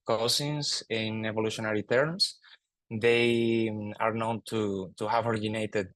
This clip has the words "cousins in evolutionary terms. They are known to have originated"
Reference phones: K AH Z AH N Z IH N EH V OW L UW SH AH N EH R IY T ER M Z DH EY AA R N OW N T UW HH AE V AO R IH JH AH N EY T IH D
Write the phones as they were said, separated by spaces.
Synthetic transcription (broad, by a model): K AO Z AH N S IH N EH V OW L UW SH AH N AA R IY T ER M S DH EY AA R N OW N T UW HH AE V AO R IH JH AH N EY T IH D